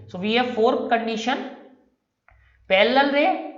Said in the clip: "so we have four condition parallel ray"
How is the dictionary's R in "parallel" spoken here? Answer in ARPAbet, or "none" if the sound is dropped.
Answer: L